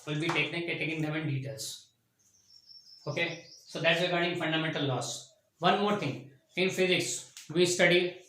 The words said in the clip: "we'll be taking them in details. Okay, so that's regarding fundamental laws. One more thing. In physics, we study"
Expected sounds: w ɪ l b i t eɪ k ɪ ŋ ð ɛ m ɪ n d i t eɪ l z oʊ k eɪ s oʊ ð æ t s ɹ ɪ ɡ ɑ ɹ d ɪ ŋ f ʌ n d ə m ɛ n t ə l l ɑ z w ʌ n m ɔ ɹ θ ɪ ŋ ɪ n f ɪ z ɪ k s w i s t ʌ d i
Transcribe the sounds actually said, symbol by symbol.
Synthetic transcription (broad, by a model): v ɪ l b i t eɪ k ɪ ŋ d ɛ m ɪ n d i t eɪ l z oʊ k eɪ s oʊ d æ t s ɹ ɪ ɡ ɑ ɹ d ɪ ŋ f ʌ n d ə m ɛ n t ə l l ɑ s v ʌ n m ɔ ɹ t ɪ ŋ ɪ n f ɪ z ɪ k s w i s t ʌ d i